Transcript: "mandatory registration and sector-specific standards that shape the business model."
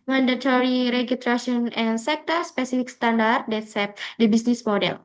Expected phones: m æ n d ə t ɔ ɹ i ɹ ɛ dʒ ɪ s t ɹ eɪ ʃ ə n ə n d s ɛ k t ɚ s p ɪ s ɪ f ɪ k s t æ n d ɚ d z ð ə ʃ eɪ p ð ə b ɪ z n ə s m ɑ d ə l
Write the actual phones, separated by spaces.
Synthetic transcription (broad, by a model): m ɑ n d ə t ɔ ɹ i ɹ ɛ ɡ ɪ s t ɹ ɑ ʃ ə n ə n s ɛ k t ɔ s p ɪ s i f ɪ k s t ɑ n d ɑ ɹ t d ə s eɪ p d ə b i s n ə s m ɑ d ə l